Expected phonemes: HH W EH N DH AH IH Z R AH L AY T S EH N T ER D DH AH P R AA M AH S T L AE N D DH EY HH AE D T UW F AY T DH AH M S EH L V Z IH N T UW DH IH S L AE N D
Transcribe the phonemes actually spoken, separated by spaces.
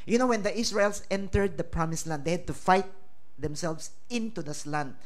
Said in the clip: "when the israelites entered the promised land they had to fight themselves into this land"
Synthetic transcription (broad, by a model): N W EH N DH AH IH S R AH IH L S EH N T ER D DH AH P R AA M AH S L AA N D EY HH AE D T UW F AY T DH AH M S EH L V S IH N T UW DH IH S L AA N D